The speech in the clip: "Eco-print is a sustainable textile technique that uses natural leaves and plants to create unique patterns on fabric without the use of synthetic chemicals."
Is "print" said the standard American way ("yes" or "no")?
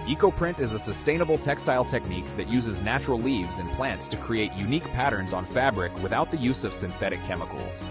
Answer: yes